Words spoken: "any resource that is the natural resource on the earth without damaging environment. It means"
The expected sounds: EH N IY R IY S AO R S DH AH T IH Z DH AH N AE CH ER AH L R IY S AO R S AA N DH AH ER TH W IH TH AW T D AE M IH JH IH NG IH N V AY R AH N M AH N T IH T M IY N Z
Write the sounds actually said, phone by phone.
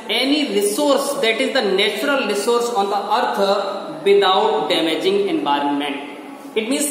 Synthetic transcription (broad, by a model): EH N IY R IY S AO R S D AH T IH Z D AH N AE CH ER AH L R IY S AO R S AA N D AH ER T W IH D AW T D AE M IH JH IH NG IH N V AY R AH N M AH N T IH T M IY N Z